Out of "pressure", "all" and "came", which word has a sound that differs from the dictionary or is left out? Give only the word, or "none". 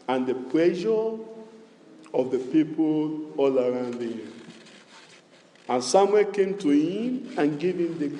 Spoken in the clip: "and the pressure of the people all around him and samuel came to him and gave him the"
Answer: pressure